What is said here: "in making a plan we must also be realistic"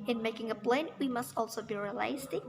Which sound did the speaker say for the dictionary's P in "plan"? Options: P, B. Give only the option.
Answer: B